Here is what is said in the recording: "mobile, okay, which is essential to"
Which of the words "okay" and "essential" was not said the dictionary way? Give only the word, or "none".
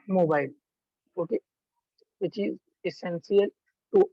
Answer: essential